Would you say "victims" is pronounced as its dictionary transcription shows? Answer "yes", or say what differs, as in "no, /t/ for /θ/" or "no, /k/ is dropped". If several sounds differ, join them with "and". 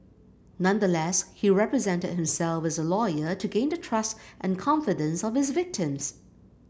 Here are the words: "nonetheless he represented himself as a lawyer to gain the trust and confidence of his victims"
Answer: yes